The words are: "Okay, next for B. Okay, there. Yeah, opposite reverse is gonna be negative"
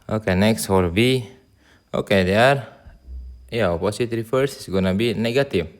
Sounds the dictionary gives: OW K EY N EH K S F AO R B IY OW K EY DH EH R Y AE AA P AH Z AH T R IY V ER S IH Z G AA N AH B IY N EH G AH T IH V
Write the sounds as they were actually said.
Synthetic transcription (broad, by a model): OW K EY N EH K S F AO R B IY OW K EY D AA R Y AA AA P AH S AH T R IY F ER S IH S G AA N AH B IY N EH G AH T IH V